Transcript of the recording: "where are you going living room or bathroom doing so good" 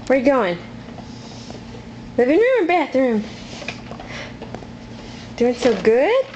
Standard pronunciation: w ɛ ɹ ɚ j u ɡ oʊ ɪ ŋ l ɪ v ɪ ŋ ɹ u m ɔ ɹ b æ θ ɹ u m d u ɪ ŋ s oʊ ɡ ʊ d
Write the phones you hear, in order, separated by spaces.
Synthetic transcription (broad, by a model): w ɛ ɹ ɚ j ɡ oʊ ɪ ŋ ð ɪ b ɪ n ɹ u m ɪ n b æ θ ɹ u m d u ɪ ŋ s oʊ ɡ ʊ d